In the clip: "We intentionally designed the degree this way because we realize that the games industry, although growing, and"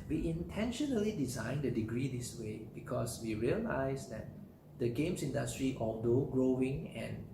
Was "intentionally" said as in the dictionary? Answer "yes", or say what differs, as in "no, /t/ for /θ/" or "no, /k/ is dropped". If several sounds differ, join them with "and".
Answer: yes